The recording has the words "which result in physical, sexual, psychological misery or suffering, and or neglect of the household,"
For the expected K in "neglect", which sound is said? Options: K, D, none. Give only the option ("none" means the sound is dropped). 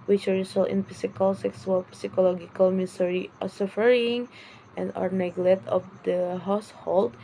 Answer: none